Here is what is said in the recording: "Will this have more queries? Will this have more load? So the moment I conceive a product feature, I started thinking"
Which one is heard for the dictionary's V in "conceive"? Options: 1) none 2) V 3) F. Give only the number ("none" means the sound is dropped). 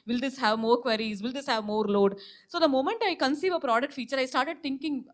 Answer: 2